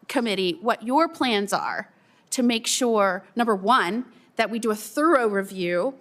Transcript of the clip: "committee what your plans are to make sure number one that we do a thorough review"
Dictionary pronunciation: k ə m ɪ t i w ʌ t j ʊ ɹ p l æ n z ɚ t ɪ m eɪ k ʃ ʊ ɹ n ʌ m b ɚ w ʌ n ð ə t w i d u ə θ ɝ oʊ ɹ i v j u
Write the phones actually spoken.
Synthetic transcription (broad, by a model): k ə m ɪ t i w ʌ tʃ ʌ ɹ p l æ n z ɚ t ɪ m eɪ k ʃ ʊ ɹ n ʌ m b ɚ w ʌ n ð ə t w i d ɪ ə θ ɝ oʊ ɹ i v j u